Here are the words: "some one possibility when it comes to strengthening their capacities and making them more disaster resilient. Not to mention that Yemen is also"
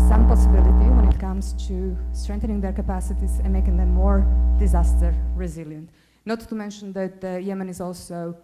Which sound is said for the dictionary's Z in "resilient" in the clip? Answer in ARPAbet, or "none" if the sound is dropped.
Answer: Z